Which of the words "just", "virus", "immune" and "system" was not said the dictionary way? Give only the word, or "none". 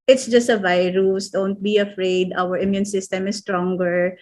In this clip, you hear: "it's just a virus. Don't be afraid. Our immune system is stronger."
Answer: none